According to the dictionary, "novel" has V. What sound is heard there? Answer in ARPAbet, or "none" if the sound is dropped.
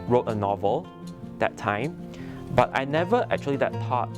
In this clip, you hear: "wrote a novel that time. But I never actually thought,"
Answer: V